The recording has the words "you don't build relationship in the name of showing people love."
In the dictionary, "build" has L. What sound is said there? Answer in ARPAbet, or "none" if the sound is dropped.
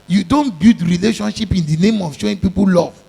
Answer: none